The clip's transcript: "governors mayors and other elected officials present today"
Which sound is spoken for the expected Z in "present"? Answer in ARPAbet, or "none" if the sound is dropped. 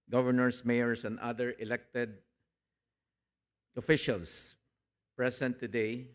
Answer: S